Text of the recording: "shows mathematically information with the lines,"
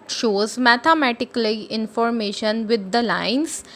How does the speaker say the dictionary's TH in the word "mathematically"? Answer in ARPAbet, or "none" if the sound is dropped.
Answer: T